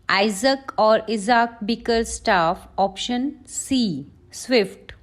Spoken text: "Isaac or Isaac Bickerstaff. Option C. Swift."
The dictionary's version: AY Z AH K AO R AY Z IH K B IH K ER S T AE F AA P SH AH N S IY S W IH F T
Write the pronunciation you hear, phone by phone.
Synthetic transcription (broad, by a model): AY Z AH K AO R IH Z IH K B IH K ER S T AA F AA P SH AH N S IY S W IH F T